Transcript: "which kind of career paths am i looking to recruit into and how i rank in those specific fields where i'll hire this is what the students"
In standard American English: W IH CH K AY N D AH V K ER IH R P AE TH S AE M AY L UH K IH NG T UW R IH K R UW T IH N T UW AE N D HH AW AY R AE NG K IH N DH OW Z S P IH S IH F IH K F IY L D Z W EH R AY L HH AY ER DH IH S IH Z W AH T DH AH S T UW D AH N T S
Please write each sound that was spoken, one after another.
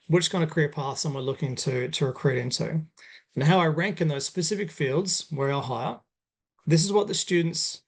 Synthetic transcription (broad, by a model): W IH CH K AY N D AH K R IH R P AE TH S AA M AY L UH K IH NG T UW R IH K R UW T IH N T UW N HH AW AY R AE NG K IH N DH OW Z S P IH S IH F IH K F IY L D Z W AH R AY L HH AY ER DH IH S IH Z W AH T DH AH S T UW D N T S